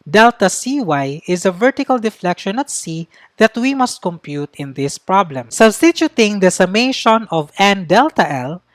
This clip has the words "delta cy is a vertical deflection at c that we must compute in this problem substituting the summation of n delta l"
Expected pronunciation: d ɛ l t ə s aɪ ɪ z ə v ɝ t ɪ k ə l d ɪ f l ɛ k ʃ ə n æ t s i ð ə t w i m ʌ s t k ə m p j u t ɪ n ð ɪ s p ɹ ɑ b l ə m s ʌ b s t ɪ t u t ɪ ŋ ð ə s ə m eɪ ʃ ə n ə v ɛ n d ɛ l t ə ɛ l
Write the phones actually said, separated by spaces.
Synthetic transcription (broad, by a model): d ɛ l t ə s aɪ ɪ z ə v ɝ t ɪ k ə l d ɪ f l ɛ k ʃ ə n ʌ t s i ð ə t w i m ʌ s t k ə m p j u t ɪ n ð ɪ s p ɹ ɑ b l ə m s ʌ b s t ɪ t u t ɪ ŋ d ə s ə m eɪ ʃ ə n ə v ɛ n d ɛ l t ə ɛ l